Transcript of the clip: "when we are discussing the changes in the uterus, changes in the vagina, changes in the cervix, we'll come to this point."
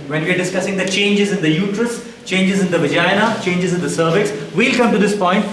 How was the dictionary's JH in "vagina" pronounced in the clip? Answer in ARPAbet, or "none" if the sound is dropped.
JH